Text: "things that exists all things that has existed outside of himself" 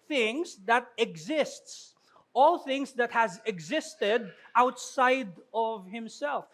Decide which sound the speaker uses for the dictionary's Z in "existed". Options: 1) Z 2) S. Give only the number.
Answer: 1